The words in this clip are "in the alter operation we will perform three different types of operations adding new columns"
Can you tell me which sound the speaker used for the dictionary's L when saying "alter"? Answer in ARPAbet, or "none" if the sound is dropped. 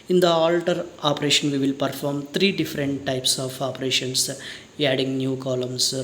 L